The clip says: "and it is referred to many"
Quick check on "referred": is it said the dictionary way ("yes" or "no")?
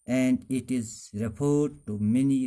no